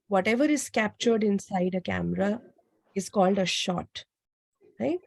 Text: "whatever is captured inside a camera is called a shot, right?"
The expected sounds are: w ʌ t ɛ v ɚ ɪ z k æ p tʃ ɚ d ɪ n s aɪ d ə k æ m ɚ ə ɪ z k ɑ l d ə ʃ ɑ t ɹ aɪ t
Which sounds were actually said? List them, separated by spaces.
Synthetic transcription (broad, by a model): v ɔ t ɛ v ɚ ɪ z k æ p tʃ ɚ d ɪ n s aɪ d ə k æ m ɚ ə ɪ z k ɑ l d ə ʃ ɑ t ɹ aɪ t